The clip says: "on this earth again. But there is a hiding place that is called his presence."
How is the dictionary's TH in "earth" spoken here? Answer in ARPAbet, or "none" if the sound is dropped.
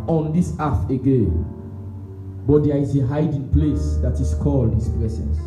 F